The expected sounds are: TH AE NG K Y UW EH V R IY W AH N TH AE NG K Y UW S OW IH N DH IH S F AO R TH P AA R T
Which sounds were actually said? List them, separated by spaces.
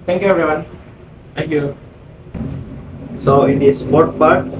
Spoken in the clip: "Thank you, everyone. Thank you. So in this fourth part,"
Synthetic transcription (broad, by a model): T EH NG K Y UW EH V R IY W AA N T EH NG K Y UW S OW IH N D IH S P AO R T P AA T